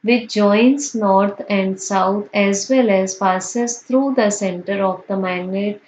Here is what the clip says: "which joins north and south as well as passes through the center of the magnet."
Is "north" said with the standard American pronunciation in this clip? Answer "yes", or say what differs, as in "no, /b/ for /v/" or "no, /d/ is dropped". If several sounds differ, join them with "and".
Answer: no, /t/ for /θ/